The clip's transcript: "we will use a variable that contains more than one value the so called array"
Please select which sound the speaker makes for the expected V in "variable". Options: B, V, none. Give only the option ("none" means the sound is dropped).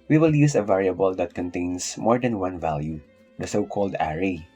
V